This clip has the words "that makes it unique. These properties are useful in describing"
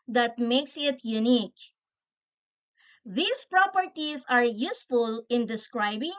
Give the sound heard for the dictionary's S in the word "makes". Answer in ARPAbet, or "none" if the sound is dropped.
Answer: S